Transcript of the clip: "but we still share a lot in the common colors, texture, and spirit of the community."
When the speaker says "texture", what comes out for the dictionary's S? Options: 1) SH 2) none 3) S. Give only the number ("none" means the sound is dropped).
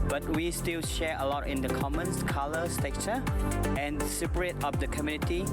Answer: 2